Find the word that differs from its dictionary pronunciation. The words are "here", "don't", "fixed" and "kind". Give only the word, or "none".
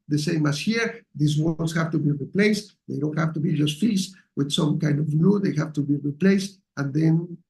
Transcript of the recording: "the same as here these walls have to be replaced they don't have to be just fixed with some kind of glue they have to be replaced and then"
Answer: fixed